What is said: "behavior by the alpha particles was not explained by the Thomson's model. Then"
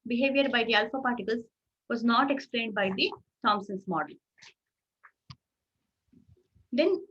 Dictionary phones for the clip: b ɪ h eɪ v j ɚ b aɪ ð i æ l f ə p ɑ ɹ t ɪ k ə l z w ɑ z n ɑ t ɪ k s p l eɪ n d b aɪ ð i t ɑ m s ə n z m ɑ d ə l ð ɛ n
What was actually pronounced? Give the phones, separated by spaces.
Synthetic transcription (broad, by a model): b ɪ h eɪ v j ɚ b aɪ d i æ l f ə p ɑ ɹ t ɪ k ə l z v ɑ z n ɑ t ɪ k s p l eɪ n d b aɪ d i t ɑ m s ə n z m ɑ d ə l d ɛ n